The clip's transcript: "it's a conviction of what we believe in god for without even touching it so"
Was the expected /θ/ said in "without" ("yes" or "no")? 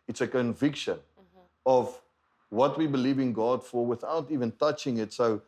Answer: yes